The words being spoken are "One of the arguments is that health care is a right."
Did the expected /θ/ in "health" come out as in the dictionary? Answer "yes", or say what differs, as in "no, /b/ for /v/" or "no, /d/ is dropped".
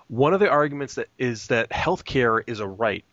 yes